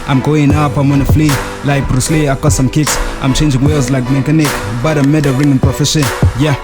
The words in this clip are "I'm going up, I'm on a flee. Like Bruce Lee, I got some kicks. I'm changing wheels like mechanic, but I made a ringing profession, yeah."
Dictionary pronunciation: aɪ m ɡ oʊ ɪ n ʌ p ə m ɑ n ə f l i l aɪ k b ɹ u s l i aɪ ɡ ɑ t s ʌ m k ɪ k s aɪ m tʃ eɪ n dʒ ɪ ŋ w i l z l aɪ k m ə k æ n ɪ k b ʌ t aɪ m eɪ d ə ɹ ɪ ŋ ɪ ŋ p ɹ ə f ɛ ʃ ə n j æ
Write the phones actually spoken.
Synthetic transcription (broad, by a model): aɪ m ɡ oʊ ɪ n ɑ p ə m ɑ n ə f l i l aɪ k b ɹ u s l i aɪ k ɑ s ʌ m k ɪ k s aɪ m tʃ eɪ n dʒ ɪ ŋ w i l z l aɪ k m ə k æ n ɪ k b ʌ t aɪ m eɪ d ə ɹ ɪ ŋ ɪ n p ɹ ə f ɛ ʃ ə n j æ